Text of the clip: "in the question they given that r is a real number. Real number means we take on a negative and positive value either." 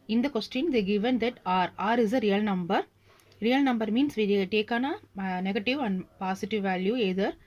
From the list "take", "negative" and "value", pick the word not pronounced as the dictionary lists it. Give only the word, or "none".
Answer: none